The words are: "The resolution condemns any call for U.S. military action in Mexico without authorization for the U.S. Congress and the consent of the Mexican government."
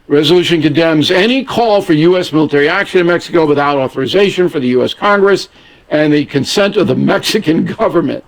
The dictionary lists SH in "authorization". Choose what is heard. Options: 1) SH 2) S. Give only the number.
1